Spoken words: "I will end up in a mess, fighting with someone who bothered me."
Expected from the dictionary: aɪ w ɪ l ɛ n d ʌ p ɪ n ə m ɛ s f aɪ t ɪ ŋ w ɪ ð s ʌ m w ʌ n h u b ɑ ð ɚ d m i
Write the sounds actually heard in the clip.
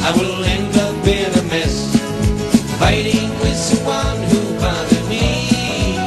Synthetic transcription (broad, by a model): aɪ w ɪ l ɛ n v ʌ b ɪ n ə m ɛ s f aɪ t ɪ ŋ w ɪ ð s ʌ w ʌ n h u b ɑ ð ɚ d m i